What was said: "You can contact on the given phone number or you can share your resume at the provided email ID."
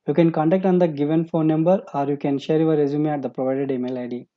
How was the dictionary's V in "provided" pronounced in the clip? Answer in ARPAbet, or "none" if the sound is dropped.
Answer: V